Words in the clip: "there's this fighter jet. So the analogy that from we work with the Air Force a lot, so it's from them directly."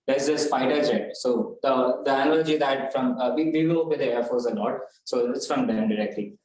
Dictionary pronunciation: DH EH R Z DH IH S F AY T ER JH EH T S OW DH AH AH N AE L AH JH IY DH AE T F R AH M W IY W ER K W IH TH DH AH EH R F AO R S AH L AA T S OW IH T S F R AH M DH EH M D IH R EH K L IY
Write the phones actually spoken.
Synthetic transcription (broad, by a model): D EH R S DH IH S P AY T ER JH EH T S OW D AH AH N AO L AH JH IY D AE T F R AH M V IY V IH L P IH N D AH EH R F AO R S AH L AA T S OW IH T S F R AH M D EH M D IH R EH K L IY